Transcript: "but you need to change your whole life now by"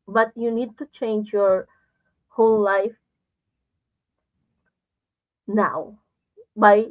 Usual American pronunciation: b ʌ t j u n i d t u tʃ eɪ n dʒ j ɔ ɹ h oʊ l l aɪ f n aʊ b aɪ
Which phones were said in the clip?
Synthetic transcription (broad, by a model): b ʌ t j u n i d t u tʃ eɪ n dʒ j ɔ ɹ h oʊ l l aɪ f n aʊ b aɪ